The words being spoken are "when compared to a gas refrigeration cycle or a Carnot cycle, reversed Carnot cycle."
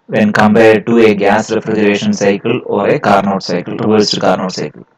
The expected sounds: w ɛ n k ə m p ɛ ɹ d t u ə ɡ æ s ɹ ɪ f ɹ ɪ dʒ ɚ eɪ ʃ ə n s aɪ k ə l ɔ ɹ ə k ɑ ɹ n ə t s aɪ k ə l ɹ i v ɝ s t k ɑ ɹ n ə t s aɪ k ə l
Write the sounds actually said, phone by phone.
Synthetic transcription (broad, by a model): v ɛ n k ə m b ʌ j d t u ə ɡ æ s ɹ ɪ f ɹ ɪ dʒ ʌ eɪ ʃ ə n s aɪ k ə l ɔ ɹ ə k ɑ ɹ n ə t s aɪ k ə l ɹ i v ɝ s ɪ k ɑ ɹ n ə t s aɪ k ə l